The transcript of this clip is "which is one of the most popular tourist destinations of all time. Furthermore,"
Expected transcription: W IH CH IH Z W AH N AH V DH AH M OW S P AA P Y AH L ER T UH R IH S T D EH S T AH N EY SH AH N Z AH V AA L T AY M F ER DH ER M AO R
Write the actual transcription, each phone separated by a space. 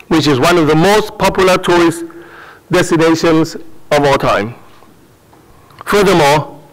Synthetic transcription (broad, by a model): W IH CH IH Z W AH N AH V DH AH M OW S P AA P Y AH L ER T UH R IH S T D EH S T AH N EY SH AH N Z AH V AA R T AY M F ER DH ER M AO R